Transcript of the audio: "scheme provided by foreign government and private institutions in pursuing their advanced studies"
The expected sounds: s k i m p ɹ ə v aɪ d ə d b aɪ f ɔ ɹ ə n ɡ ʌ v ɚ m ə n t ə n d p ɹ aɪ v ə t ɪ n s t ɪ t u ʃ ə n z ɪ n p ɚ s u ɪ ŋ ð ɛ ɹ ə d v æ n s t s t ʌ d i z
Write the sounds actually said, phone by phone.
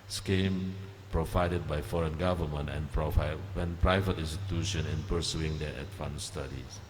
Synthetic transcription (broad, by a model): s k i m p ɹ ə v aɪ d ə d b aɪ f ɔ ɹ ə n ɡ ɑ v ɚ m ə n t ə n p p ɹ aɪ v ə t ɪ n s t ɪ t u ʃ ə n ɪ n p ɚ s u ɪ ŋ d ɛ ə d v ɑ n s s t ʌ d i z